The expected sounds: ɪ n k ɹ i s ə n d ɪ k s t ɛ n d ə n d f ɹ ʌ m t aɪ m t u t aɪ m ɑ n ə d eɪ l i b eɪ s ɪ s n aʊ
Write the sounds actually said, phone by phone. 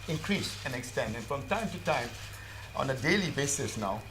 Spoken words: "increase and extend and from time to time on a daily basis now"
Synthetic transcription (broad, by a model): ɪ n k ɹ i s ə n ɪ k s t ɛ n d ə n f ɹ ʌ m t aɪ m t u t aɪ m ɑ n ə d eɪ l i b eɪ s ɪ s n aʊ